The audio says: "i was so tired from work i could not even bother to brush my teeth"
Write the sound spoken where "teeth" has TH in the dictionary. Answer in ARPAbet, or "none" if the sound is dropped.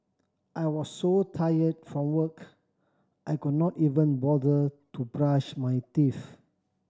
F